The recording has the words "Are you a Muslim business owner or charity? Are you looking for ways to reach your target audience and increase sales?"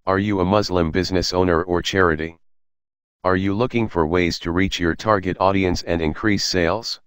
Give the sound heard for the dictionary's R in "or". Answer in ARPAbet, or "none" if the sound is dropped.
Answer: R